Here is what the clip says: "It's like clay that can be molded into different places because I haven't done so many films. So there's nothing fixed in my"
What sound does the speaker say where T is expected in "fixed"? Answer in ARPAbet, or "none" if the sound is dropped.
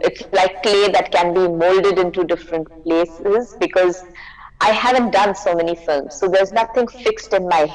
T